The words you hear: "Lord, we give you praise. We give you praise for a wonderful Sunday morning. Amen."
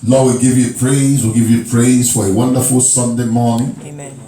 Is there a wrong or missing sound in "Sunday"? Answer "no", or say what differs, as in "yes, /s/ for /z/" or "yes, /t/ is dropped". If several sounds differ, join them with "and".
no